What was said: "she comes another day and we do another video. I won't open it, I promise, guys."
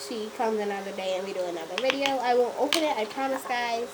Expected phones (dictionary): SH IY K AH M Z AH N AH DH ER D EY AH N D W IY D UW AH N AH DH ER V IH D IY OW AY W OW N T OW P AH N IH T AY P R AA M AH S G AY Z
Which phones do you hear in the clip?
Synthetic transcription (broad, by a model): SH IY K AH M Z AH N AH DH ER D EY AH N W IY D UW AH N AH DH ER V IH D IY OW AY W OW N T OW P AH N IH T AY P R AA M AH S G AY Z